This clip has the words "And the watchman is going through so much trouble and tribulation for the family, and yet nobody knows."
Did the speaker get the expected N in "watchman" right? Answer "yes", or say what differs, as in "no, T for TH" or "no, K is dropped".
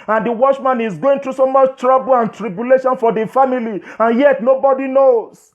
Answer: yes